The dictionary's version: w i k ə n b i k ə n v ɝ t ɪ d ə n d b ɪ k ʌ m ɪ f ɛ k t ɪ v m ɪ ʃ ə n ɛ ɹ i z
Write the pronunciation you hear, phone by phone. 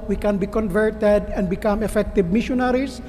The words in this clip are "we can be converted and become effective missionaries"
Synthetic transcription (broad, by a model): w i k ə n b i k ə n v ɝ t ɪ d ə n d b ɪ k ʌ m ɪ f ɛ k t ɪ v m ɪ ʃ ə n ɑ ɹ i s